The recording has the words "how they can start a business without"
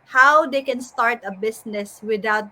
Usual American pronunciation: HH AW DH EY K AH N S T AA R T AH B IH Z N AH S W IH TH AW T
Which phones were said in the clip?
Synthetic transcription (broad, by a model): HH AW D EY K AH N S T AA R T AH B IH S N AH S W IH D AW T